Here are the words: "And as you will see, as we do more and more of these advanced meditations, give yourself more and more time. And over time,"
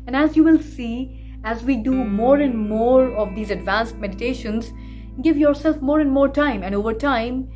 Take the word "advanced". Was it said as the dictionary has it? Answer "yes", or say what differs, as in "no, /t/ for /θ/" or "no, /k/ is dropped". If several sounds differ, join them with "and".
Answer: yes